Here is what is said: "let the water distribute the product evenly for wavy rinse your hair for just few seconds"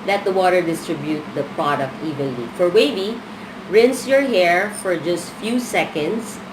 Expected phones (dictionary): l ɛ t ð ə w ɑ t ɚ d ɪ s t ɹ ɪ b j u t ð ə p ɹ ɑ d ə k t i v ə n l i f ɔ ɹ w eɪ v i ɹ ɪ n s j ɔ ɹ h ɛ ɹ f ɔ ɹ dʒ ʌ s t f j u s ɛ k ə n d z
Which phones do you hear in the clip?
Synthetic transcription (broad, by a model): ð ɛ t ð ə w ɑ t ɚ d ɪ s t ɹ ɪ b j u t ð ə p ɹ ɑ d ə k t i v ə l i f ɔ ɹ w eɪ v i ɹ ɪ n s j ɔ ɹ h ɛ ɹ f ɔ ɹ dʒ ʌ s t f j u s ɛ k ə n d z